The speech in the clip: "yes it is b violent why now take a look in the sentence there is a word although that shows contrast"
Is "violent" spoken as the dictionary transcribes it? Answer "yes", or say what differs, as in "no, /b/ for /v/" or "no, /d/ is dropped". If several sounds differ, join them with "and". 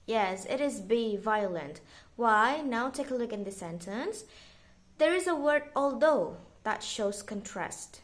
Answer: yes